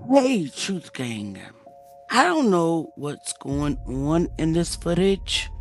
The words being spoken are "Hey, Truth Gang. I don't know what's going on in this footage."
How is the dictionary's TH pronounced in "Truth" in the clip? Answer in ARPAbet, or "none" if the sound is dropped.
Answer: TH